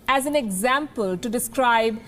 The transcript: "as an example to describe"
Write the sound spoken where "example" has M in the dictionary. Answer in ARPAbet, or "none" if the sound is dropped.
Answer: M